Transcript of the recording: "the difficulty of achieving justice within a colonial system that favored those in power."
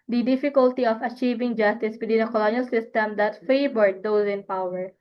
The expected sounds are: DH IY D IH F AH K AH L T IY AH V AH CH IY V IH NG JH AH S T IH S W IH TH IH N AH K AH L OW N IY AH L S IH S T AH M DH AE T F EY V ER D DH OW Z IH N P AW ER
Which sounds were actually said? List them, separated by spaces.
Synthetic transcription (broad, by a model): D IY D IH F AH K AH L T IY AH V AH CH IY V IH NG JH AH S T IH S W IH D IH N AH K AH L OW N IY AH L S IH S T AH M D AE T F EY B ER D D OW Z IH N P AW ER